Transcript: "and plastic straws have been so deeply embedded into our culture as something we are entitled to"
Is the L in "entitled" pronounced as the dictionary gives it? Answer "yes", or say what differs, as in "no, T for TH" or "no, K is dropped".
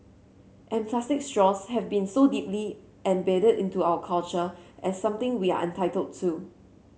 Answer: yes